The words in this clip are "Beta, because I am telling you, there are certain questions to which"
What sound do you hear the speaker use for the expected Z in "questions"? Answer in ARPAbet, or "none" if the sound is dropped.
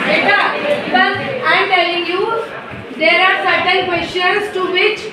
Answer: S